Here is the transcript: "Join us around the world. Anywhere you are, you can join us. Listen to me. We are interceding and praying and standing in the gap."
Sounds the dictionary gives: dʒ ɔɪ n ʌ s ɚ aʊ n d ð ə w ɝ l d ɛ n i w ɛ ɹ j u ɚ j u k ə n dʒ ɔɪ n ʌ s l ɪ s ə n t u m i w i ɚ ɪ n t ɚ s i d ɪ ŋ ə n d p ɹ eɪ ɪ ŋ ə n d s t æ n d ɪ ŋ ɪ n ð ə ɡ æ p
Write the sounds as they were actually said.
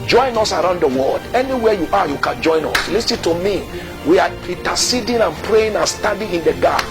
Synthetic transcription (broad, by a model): dʒ ɔɪ n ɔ s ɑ aʊ n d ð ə w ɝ l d ɛ n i w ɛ j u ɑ j u k ə n dʒ ɔɪ n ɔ s l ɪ s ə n t u m i w i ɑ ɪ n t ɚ s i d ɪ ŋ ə n p ɹ eɪ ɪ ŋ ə n s t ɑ d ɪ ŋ ɪ n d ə ɡ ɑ